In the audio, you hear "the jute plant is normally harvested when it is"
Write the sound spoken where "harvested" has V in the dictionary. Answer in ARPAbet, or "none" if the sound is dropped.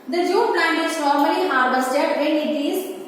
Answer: B